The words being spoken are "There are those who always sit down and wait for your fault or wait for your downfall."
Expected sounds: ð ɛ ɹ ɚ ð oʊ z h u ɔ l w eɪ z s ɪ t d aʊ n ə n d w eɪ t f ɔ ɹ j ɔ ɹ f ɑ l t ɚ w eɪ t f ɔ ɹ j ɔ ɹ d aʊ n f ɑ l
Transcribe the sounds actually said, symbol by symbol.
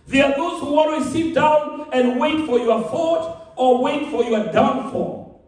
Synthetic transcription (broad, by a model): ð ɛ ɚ ð oʊ z h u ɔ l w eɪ s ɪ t d aʊ n ə n d w eɪ t f ɔ ɹ j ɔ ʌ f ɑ t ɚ w eɪ t f ɔ ɹ j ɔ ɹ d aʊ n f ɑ